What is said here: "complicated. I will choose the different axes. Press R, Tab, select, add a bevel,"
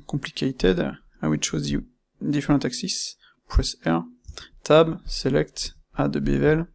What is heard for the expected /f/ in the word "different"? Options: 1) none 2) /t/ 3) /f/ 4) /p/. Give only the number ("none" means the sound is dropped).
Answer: 1